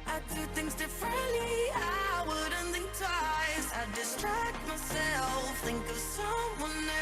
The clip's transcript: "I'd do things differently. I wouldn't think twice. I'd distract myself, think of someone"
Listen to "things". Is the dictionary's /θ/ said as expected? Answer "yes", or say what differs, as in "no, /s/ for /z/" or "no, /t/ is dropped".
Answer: yes